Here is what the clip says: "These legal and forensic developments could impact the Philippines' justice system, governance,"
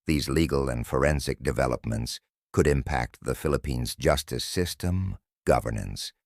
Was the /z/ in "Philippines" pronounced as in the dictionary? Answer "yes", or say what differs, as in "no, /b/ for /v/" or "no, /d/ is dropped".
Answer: yes